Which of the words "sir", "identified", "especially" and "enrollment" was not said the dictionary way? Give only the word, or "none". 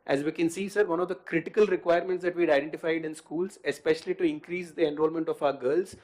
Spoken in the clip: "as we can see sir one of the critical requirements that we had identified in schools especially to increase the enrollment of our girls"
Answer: none